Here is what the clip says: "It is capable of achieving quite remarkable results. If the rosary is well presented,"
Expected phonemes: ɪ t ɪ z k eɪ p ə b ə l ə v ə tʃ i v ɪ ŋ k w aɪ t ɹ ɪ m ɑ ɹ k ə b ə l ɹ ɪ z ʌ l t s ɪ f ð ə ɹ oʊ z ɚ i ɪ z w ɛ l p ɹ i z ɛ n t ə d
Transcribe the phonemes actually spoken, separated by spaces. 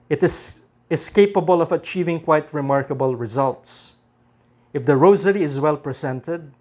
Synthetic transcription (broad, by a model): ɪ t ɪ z k eɪ p ə b ə l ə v ə tʃ i v ɪ ŋ k w aɪ t ɹ ɪ m ɑ ɹ k ə b ə l ɹ ɪ z ʌ l t s ɪ f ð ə ɹ oʊ z ɚ i ɪ z w ɛ l p ɹ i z ɛ n t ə d